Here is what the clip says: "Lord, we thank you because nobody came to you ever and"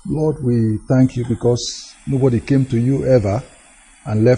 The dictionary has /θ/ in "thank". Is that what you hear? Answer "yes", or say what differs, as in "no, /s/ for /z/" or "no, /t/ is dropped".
yes